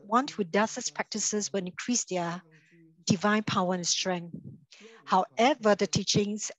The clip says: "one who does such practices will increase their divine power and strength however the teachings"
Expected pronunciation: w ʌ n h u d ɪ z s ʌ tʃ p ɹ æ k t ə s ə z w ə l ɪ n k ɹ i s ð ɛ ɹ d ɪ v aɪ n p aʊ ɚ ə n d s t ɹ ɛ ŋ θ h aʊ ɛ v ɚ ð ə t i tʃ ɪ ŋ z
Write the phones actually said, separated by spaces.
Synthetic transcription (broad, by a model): w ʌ n h u d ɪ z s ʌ s p ɹ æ k t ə s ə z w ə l ɪ n k ɹ i s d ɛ d ɪ v aɪ n p aʊ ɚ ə n s t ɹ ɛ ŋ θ h aʊ ɛ v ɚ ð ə t i tʃ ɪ ŋ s